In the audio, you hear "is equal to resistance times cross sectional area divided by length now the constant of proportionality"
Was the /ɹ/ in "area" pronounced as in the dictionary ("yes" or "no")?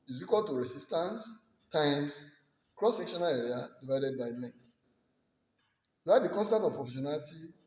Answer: yes